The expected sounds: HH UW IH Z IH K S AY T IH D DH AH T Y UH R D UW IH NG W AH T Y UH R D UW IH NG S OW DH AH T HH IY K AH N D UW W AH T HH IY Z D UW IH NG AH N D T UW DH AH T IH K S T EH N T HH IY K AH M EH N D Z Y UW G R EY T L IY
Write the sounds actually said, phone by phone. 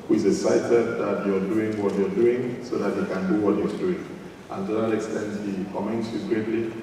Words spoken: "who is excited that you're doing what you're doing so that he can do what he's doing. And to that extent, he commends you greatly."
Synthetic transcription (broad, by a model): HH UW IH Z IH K S AY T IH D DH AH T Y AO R D UW IH NG W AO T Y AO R D UW IH NG S OW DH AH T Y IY K AH N D UW W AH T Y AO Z D UW IH NG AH N T UW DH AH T IH K S T EH N T HH IY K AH M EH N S Y UW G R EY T L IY